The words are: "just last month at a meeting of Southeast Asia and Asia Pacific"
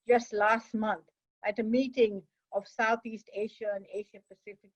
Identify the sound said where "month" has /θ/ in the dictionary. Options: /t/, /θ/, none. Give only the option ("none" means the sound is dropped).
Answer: /t/